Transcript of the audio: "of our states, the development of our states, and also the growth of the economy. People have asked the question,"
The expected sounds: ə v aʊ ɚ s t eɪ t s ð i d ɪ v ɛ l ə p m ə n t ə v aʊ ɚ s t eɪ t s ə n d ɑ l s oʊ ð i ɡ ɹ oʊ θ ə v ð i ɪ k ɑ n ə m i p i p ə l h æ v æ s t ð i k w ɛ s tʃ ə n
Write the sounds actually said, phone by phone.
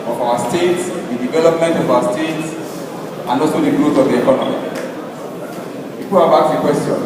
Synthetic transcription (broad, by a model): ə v aʊ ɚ s t eɪ t s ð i d ɪ v ɛ l ə p m ə n t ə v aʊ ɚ s t eɪ t s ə n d ɑ l s oʊ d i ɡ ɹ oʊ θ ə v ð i ɪ k ɑ n ə m i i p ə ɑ b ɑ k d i k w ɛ s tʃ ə n